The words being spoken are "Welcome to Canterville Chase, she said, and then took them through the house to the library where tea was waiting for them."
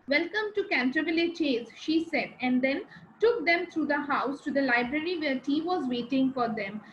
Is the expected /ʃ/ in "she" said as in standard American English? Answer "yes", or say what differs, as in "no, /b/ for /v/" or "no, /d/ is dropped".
yes